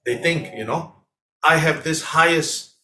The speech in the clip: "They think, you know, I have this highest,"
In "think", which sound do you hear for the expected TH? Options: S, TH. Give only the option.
TH